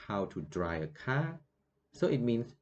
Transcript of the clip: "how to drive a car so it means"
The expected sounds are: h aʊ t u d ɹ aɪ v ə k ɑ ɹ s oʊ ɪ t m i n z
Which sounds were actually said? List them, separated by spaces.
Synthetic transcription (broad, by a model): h aʊ t u d ɹ aɪ ə k ɑ s oʊ ɪ t m i n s